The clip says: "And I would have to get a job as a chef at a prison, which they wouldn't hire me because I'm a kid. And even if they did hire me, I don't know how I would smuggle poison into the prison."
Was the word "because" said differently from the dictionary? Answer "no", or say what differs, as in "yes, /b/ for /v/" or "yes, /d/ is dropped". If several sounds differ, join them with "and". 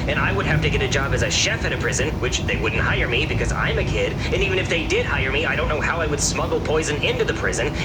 no